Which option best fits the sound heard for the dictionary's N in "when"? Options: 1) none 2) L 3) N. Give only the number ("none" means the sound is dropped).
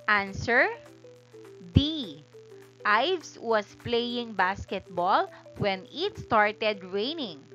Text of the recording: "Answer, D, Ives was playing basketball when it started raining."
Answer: 3